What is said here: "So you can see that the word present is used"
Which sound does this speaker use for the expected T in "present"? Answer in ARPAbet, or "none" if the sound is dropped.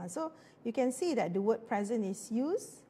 none